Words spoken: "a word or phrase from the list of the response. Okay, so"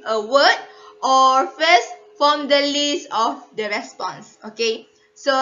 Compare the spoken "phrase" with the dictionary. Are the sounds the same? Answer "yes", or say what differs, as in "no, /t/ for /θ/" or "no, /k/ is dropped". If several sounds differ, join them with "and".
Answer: no, /ɹ/ is dropped and /s/ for /z/